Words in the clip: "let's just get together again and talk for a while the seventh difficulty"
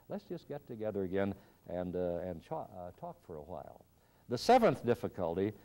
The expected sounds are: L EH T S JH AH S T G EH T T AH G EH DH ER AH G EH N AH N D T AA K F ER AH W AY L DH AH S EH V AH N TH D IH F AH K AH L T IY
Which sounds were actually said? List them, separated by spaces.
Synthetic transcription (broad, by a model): L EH T S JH AH S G EH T T AH G EH DH ER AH G EH N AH N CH T AA K F ER AH W AY L DH AH S EH V AH N TH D IH F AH K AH L T IY